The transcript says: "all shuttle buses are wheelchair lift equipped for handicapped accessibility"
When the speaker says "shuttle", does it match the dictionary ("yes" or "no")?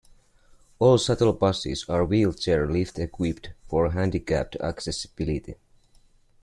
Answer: no